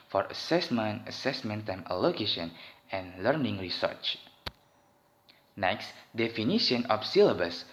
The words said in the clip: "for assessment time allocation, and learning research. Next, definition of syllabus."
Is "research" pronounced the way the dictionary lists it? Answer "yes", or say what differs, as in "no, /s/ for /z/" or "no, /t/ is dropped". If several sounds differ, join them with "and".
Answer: yes